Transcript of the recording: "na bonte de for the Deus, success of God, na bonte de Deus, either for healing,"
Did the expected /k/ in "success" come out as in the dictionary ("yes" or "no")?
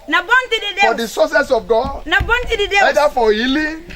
no